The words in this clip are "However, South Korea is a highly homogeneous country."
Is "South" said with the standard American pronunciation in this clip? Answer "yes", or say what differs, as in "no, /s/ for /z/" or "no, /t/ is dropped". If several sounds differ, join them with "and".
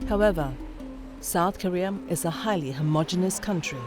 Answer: yes